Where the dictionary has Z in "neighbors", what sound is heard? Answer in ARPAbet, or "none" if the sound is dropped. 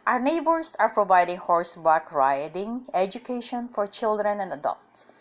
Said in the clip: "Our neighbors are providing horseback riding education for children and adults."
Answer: S